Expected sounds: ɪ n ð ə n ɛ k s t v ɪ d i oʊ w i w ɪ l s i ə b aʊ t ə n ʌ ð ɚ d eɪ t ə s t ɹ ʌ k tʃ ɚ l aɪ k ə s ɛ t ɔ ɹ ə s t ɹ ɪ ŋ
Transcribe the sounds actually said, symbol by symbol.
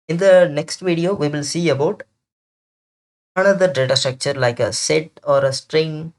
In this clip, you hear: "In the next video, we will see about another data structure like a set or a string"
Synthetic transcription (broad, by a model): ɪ n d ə n ɛ k s t v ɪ d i oʊ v i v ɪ l s i ə b aʊ t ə n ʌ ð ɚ d eɪ t ə s t ɹ ʌ k tʃ ɚ l aɪ k ə s ɛ t ɔ ɹ ə s t ɹ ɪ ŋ